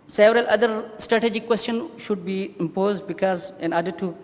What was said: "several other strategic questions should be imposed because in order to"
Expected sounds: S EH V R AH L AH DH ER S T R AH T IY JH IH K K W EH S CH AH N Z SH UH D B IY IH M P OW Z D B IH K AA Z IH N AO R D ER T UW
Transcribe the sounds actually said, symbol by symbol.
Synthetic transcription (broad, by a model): S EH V R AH L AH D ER S T R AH T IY JH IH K K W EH S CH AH N SH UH D B IY IH M P OW Z D B IH K AA Z IH N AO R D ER T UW